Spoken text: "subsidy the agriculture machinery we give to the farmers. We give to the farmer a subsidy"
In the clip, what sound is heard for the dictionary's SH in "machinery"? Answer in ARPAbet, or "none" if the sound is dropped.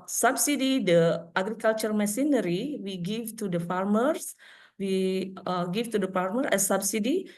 S